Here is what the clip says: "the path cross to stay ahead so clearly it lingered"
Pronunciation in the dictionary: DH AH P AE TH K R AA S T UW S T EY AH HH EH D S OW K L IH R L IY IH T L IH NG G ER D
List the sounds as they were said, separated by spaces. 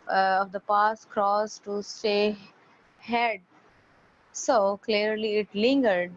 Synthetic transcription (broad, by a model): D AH P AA S K R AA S T UW S T EY HH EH D S OW K L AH R L IY IH T L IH NG G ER D